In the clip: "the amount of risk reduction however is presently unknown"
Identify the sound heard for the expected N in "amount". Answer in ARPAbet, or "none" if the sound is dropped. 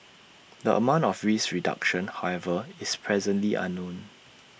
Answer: N